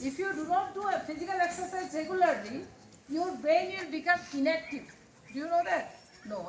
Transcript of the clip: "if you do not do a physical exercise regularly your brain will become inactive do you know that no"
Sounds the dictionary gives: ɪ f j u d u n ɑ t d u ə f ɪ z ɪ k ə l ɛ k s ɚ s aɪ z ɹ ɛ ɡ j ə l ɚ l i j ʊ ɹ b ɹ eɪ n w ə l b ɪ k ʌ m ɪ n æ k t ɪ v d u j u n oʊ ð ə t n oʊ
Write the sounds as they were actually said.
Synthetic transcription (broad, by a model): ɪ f j u d u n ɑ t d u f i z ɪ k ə l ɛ k s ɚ s aɪ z ɹ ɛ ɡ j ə l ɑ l i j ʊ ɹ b eɪ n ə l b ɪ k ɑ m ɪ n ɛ k t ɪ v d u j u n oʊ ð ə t n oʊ